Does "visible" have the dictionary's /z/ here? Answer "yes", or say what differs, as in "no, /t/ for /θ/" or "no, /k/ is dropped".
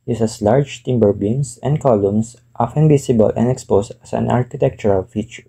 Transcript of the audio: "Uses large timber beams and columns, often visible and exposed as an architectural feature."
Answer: no, /s/ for /z/